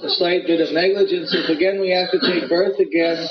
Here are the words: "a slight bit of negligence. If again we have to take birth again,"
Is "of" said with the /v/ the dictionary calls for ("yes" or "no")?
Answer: yes